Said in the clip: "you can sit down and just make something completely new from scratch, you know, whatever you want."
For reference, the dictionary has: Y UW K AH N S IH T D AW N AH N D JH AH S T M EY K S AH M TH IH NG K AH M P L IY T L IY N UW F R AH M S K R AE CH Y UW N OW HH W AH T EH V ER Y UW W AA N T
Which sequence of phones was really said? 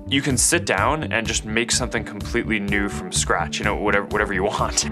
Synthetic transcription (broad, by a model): Y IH K AH N S IH T D AW N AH N JH AH S T M EY K S AH M TH IH NG K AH M P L IY T L IY N UW F R AH M S K R AE CH Y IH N OW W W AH T EH V ER Y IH W AA N T